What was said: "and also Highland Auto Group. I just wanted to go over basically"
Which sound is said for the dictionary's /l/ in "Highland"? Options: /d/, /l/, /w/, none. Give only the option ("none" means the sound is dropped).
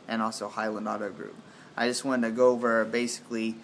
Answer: /l/